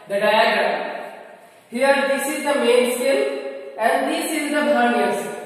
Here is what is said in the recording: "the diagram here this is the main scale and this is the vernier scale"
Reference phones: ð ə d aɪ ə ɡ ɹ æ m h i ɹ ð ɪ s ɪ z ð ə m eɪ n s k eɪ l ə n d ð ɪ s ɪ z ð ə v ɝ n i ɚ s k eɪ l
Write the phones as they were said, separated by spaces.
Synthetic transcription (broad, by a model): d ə d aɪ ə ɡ ɹ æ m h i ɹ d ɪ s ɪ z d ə m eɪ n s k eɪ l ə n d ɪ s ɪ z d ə b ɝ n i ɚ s